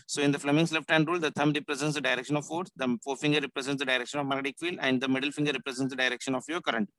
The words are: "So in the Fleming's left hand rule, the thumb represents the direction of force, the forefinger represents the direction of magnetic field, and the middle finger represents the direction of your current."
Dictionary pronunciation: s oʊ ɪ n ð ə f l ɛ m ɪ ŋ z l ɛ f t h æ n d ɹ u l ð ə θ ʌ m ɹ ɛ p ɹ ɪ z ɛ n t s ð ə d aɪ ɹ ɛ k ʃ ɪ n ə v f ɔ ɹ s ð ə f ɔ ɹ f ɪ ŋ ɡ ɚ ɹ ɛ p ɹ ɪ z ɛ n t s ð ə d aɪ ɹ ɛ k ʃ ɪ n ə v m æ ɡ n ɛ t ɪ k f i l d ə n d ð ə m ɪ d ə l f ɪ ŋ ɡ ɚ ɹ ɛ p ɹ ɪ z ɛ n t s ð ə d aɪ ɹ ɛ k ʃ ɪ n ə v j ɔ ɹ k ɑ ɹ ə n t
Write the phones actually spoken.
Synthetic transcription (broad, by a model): s oʊ ɪ n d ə f l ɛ m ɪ ŋ s l ɛ f t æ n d ɹ u l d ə t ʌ m ɹ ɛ p ɹ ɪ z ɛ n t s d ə d aɪ ɹ ɛ k ʃ ɪ n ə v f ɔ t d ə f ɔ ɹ f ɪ ŋ ɡ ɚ ɹ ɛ p ɹ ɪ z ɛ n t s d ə d aɪ ɹ ɛ k ʃ ɪ n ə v m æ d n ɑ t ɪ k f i l ə n d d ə m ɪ d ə l f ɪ ŋ ɡ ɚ ɹ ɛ p ɹ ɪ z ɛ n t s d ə d aɪ ɹ ɛ k ʃ ɪ n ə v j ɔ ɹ k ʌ ɹ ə n t